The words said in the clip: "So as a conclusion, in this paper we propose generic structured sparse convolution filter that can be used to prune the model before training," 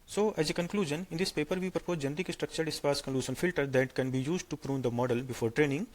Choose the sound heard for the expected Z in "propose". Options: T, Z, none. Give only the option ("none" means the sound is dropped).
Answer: none